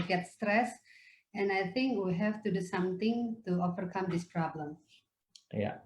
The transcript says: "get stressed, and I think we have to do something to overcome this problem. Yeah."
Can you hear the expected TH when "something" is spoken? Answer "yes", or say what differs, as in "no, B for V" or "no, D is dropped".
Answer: no, T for TH